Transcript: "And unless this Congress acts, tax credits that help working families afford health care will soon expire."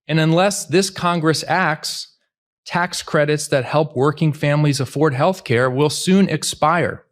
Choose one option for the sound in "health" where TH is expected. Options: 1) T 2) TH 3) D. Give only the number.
2